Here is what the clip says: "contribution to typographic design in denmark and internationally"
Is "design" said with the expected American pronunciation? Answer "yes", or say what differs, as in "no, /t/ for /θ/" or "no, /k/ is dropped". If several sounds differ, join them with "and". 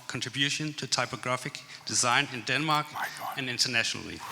yes